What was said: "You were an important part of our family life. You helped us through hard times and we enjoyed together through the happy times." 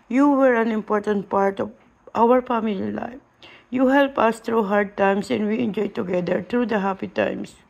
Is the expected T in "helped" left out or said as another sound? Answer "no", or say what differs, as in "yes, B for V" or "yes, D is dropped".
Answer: yes, T is dropped